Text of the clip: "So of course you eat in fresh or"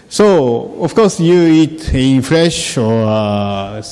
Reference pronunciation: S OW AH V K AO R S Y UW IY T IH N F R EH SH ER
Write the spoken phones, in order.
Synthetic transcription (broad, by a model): S OW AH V K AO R S Y UW IY T IH N F R EH SH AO